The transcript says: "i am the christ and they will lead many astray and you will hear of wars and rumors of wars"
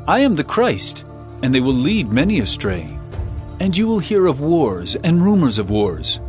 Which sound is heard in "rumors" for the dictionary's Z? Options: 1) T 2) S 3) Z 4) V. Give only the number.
3